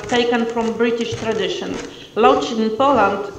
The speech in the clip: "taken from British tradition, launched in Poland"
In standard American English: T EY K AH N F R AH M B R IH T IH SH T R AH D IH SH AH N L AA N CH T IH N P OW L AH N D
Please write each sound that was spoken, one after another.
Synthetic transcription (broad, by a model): T EY K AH N F R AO M B R IH T IH SH T R AH D IH SH AH N L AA CH IH N P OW L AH N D